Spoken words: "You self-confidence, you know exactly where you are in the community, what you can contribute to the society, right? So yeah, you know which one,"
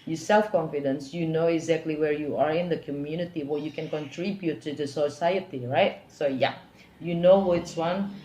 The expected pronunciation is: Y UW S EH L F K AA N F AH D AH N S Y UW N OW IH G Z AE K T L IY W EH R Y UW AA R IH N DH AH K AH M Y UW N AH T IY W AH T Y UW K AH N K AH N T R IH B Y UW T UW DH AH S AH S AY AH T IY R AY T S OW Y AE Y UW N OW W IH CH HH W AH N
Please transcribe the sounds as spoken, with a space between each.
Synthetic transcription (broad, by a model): Y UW S EH L F K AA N F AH D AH N S Y UW N OW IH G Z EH K T L IY W EH R Y UW AA R IH N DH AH K AH M Y UW N AH T IY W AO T Y UW K AH N K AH N T R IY B Y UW T UW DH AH S AH S AY AH T IY R AY T S OW Y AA Y UW N OW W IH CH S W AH N